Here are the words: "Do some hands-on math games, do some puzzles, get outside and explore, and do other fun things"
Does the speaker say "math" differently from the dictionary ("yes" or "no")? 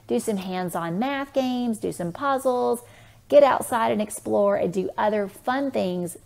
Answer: no